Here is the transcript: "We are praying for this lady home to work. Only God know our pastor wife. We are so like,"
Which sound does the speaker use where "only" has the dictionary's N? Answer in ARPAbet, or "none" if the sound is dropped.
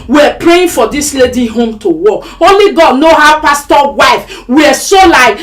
none